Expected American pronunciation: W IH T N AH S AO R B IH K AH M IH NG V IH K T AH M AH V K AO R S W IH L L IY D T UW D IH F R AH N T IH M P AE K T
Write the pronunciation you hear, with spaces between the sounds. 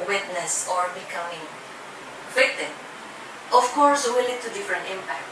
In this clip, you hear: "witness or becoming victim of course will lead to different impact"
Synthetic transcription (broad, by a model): W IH T N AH S AO R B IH K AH M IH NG W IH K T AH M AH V K AO R S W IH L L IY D T UW D IH F R AH N T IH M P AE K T